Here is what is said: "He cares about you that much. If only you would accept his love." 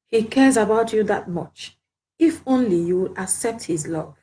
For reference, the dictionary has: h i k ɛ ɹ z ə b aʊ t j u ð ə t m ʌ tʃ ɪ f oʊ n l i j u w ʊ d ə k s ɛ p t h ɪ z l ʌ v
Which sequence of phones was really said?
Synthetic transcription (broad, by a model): h i k ɛ ɹ z ə b aʊ t j u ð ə t m ʌ tʃ ɪ f oʊ n l i j u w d ə k s ɛ p t h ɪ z l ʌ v